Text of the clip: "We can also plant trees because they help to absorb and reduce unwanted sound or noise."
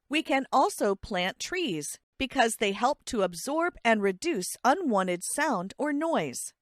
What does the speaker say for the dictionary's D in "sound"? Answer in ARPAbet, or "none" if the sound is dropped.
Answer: D